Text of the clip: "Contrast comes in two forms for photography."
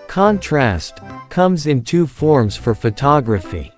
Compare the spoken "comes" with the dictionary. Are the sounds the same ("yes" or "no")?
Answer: yes